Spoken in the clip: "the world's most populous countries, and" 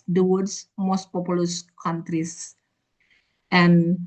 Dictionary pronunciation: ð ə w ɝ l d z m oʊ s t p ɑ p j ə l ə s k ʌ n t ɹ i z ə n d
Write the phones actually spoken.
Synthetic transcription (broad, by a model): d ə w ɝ d s m oʊ s t p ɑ p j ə l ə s k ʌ n t ɹ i s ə n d